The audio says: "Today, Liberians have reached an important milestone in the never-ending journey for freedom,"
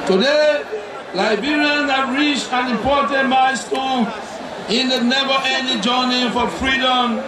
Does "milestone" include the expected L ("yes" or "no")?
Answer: no